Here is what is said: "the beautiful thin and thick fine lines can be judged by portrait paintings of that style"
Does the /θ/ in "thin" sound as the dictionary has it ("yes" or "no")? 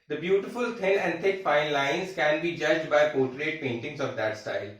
no